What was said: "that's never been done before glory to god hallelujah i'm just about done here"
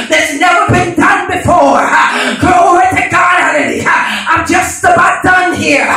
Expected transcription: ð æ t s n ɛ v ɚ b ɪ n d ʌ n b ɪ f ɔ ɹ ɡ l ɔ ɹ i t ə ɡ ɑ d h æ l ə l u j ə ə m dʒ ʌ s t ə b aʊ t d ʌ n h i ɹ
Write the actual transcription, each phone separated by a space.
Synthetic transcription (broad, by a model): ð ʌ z n ɛ v ɚ b ɪ n d ʌ n b ɪ f ɔ ɹ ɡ ɔ i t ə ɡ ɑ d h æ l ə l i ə ə m dʒ ʌ s t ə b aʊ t d ʌ n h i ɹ